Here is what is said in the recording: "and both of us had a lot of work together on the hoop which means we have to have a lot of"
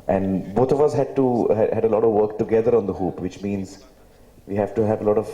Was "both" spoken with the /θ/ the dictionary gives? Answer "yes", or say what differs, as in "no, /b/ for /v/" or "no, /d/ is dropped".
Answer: no, /t/ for /θ/